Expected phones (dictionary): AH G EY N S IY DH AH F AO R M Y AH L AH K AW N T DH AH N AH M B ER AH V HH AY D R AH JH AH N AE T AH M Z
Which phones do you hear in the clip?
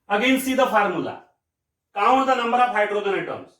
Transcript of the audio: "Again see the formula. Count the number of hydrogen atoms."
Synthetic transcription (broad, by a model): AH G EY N S IY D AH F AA R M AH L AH K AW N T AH N AH M B ER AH P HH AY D R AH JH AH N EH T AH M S